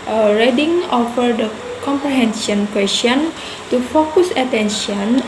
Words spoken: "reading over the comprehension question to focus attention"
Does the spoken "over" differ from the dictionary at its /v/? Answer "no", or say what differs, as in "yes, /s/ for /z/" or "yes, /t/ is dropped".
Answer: yes, /f/ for /v/